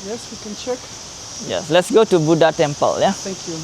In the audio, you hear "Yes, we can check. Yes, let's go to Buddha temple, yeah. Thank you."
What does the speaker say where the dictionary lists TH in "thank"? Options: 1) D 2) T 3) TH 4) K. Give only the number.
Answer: 2